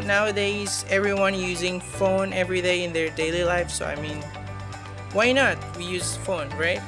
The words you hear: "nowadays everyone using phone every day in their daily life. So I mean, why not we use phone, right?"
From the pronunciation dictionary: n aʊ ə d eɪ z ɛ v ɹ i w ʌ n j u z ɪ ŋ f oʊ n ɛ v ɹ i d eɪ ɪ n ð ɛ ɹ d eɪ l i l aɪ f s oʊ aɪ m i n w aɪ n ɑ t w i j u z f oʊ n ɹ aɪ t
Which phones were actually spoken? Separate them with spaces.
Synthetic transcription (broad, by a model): n aʊ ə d eɪ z ɛ v ɹ i w ʌ n j u z ɪ ŋ f oʊ n ɛ v ɹ i d eɪ ɪ n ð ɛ ɹ d eɪ l i l aɪ f s oʊ aɪ m i n w aɪ n ɑ t w i j u z f oʊ n ɹ aɪ t